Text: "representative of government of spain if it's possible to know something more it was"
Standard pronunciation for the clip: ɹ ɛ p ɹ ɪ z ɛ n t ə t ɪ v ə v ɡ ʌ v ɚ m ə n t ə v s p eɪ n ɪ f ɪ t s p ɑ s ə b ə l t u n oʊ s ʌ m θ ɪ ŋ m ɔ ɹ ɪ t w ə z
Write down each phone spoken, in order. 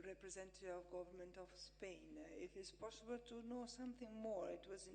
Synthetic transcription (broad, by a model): ɹ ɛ p ɹ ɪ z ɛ n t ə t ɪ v ə v ɡ ʌ v ɚ m ə n t ə v s p eɪ n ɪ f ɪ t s p ɑ s ə b ə l t u n oʊ s ʌ m θ ɪ ŋ m ɔ ɹ ɪ t w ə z